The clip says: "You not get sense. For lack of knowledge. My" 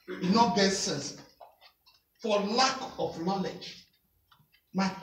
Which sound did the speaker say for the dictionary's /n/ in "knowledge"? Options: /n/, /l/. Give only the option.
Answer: /n/